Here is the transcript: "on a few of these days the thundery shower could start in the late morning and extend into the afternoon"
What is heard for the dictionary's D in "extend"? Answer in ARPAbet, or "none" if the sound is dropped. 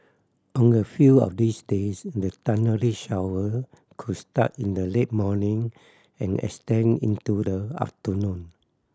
none